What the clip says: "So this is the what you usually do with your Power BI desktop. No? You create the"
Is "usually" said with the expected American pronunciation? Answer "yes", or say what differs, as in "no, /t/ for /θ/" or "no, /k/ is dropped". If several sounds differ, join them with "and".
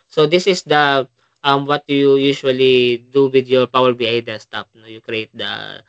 no, /ʃ/ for /ʒ/